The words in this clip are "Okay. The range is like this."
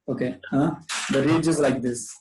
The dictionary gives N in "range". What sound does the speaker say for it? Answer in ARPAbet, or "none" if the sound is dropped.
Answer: none